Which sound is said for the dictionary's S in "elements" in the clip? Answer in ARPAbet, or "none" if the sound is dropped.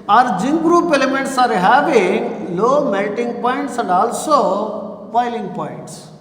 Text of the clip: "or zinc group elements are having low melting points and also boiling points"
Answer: S